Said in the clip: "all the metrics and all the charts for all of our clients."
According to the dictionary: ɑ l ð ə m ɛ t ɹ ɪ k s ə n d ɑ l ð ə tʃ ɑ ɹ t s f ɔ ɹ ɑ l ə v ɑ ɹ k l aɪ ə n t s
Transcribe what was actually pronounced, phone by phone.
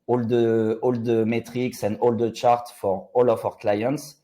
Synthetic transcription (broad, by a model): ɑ l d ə m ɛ t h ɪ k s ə n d ɑ l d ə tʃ ɑ ɹ t f ɔ ɹ ɑ l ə f ɑ ɹ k l aɪ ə n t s